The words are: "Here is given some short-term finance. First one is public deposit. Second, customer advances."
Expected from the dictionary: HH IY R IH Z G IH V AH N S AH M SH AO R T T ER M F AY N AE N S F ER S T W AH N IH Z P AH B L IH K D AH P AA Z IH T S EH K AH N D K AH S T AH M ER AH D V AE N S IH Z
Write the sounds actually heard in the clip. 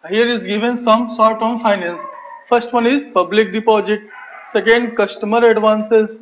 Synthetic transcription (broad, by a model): HH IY R IH Z G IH V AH N S AH M S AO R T T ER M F AY N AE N S F ER S T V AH N IH Z P AH B L IH K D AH P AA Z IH T S EH K AH N D K AH S T AH M ER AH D V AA N S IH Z